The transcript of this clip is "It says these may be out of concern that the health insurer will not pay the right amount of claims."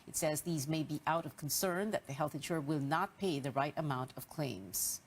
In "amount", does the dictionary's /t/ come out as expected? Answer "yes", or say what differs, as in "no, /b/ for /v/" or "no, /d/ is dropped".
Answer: yes